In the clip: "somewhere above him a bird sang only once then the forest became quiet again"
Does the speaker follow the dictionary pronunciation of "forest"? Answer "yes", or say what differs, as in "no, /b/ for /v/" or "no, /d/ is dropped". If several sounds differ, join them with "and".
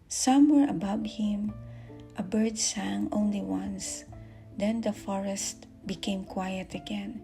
yes